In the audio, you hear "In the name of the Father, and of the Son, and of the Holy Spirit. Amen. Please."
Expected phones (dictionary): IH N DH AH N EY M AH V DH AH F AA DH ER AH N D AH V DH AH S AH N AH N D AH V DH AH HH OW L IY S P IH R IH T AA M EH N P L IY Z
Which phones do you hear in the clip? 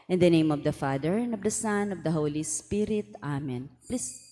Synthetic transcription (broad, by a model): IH N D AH N EY M AH V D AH F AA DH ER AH N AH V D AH S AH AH N AH V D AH HH OW L IY S P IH R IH T AA M EH N P L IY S